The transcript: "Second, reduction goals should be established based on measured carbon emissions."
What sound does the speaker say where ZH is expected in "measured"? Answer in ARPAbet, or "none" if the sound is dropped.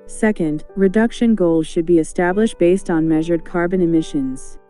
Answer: ZH